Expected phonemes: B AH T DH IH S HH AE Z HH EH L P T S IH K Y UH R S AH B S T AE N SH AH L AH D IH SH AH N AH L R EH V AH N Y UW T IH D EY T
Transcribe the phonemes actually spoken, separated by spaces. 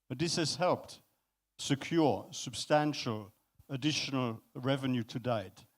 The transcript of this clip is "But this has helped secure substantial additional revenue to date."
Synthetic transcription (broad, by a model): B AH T DH IH S HH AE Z HH EH L P T S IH K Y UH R S AH B S T AE N SH AH L AH D IH SH AH N AH L R EH V AH N Y UW T IH D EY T